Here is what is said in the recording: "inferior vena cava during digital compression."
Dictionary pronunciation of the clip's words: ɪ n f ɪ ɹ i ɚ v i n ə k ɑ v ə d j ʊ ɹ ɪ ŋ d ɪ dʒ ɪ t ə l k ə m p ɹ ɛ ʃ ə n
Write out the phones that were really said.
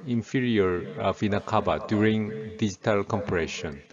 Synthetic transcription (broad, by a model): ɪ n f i ɹ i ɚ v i n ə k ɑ b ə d j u ɹ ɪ ŋ d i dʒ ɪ t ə l k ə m p ɹ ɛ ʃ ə n